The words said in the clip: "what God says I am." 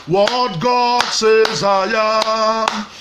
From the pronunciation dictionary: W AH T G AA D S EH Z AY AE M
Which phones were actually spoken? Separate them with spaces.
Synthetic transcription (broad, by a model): W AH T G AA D S EH Z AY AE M